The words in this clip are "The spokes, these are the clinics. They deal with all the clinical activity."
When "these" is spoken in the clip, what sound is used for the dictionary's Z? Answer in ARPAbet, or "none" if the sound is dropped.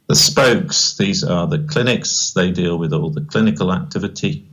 Z